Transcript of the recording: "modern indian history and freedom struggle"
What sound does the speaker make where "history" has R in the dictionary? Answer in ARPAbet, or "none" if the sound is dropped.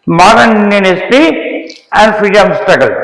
none